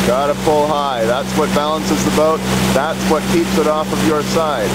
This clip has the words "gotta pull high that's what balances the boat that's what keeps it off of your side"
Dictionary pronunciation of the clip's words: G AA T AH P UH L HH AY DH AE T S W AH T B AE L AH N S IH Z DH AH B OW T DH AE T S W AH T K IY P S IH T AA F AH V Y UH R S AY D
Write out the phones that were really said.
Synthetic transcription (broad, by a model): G AA T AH F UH L HH AY DH AE T S W AH T B AE L AH N S IH Z DH AH B OW T DH AE T S W AH T K IY P S IH T AA F AH V Y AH R S AY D